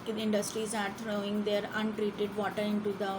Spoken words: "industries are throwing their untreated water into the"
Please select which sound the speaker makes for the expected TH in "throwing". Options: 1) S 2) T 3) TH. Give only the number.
2